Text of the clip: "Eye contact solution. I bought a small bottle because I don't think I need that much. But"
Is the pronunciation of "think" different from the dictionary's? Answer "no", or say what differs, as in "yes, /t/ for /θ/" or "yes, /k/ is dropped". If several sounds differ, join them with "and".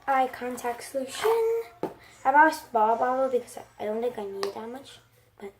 yes, /ŋ/ is dropped